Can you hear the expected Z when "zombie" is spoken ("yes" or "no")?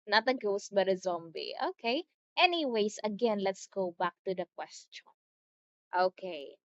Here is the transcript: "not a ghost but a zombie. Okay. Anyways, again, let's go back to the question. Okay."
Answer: yes